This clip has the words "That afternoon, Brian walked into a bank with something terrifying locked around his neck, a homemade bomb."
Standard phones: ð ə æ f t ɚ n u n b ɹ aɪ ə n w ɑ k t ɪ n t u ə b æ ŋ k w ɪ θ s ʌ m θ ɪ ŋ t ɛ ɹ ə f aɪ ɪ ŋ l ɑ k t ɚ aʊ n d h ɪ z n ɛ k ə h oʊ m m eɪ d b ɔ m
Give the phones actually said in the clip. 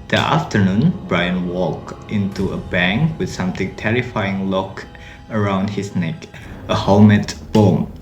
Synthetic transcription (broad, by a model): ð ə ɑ f t ɚ n u n b ɹ aɪ ə n w ɑ k t ɪ n t u ə b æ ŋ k w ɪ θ s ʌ m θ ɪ ŋ t ɛ ɹ ə f aɪ ɪ ŋ l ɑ k ɚ aʊ n d h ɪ s n ɛ k ə h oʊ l m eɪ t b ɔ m